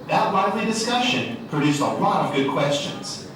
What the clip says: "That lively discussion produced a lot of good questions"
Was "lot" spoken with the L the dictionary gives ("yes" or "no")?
yes